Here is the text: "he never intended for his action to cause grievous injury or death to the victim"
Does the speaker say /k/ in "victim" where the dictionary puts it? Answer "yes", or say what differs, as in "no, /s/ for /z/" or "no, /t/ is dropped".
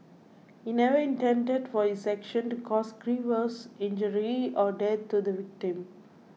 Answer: yes